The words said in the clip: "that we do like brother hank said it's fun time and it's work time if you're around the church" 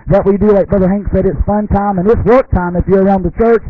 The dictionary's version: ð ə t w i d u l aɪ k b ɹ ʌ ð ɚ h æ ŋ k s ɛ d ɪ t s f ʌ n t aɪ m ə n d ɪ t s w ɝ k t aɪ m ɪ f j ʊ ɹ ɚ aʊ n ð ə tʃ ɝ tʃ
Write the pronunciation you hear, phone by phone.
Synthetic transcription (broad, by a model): ð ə t w i d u l aɪ k b ɹ ʌ ð ɚ h æ ŋ k s ɛ d ɪ t s f ʌ n t aɪ m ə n ɪ t s w ɝ k t aɪ m ɪ f j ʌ ɹ ɚ aʊ n ð ə tʃ ɝ tʃ